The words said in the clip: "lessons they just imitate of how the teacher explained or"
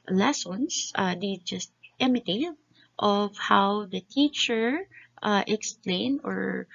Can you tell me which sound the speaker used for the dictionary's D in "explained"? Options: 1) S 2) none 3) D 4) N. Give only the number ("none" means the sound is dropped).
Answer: 2